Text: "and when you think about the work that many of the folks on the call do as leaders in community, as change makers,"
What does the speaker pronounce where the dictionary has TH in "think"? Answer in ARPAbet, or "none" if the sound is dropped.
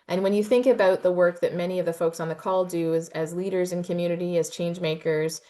TH